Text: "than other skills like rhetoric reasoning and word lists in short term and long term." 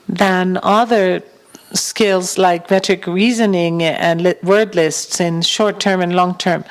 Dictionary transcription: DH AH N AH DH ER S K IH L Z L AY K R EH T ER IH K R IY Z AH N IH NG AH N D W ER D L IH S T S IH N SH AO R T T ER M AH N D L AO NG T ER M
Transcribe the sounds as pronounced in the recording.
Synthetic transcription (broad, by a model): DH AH N AH DH ER S K IH L Z L AY K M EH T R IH K R IY Z AH N IH NG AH N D W ER D L IH S T S IH N SH AO R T T ER M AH N L AO NG T ER M